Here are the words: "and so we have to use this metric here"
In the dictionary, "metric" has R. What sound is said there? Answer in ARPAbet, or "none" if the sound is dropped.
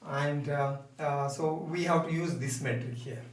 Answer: none